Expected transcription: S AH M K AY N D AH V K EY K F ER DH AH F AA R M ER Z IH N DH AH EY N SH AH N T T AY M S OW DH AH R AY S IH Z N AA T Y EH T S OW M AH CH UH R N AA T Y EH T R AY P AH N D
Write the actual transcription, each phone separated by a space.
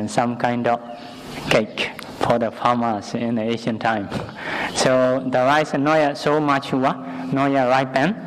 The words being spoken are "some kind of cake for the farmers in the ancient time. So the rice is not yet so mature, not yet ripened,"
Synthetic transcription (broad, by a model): S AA M K AY N D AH F K EY K F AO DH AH F AA M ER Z IH N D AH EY SH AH N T T AY M S OW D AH R AY S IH N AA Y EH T S OW M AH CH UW W N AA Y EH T R AY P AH N